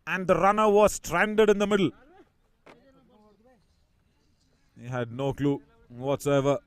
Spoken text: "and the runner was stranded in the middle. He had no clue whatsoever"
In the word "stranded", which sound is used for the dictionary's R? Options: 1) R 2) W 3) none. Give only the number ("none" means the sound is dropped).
1